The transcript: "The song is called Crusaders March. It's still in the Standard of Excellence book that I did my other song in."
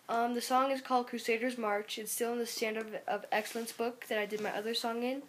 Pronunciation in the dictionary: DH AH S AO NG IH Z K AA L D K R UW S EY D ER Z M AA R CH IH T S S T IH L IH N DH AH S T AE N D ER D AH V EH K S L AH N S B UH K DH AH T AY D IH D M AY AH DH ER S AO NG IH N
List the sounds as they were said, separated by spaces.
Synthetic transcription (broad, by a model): DH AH S AO NG IH Z K AA L D K R UW S EY D ER Z M AA R CH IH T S S T IH L IH N DH AH S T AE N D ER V AH V EH K S L AH N S B UH K DH AH T AY D IH D M AY AH DH ER S AO NG IH N